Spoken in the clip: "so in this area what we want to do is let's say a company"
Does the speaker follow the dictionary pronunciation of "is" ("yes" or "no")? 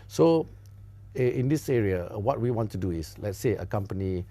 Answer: no